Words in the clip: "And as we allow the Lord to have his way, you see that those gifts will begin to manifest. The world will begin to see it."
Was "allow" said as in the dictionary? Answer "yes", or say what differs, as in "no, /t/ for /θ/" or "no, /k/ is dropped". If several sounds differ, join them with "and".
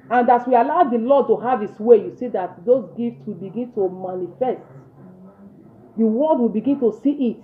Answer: yes